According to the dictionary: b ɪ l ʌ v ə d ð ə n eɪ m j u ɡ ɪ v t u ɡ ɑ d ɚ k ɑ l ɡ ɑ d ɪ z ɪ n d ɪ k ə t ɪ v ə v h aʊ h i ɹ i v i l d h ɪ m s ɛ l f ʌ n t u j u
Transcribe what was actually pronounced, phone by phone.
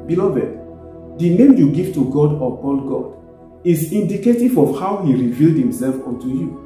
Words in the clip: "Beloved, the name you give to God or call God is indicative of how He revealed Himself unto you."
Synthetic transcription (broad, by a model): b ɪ l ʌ v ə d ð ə n eɪ m j u ɡ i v t u ɡ ɑ d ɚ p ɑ n ɡ ɑ d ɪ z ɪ n d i k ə t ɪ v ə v h aʊ h i ɹ i v i l d h ɪ m s ɛ l f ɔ n t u j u